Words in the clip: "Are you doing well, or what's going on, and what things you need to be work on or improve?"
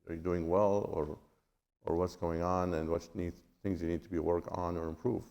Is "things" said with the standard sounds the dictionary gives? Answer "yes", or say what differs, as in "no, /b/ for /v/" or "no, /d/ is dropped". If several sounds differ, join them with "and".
yes